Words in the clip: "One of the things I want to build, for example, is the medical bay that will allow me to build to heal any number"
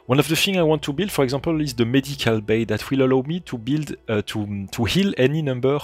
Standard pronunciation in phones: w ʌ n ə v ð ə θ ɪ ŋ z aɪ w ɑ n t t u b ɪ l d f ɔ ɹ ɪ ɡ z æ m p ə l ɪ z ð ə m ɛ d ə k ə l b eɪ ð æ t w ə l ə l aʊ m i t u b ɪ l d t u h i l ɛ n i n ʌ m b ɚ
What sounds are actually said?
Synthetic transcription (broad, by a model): w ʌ n ə v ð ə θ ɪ ŋ aɪ w ɑ n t t u b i l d f ɔ ɹ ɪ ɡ z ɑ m p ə l ɪ z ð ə m ɛ d ə k ə l b eɪ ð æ t w ə l ə l aʊ m i t u b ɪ l d t u h i l ɛ n i n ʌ m b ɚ